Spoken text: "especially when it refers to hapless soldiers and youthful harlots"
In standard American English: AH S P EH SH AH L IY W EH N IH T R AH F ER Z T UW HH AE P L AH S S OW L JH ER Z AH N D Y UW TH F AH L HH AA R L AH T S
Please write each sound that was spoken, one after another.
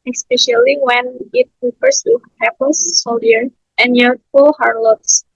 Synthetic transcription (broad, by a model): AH S P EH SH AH L IY W EH N IH T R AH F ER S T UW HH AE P AH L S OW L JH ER AH N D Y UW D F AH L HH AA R L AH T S